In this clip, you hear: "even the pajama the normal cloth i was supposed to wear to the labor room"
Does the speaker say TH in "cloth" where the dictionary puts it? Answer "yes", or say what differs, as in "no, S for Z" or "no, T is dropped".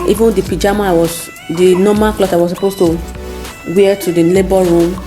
no, S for TH